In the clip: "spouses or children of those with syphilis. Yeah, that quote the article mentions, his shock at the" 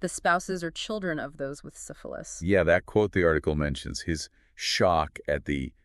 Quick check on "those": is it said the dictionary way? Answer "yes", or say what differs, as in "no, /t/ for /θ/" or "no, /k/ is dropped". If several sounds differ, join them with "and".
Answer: yes